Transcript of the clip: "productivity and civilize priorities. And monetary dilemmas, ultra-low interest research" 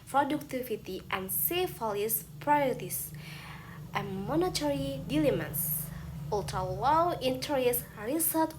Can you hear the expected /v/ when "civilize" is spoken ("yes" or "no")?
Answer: no